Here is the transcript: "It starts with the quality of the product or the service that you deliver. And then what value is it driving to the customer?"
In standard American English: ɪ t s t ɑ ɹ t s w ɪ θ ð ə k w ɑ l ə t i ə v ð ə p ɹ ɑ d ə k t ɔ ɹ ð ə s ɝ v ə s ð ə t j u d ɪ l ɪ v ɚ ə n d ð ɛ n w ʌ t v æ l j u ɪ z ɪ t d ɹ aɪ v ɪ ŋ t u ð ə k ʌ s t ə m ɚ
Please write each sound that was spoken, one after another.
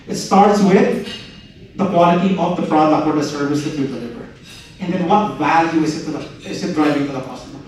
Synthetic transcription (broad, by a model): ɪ t s t ɑ ɹ t s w ɪ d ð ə k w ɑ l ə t i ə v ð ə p ɹ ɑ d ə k ɔ ɹ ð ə s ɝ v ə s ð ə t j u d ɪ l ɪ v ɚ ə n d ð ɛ n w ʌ t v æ l j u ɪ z ɪ t d ɹ aɪ v ɪ ŋ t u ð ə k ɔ s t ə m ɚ